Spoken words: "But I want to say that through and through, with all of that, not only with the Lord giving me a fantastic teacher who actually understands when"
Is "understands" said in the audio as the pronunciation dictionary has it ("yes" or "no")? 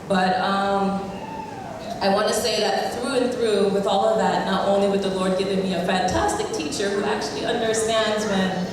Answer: yes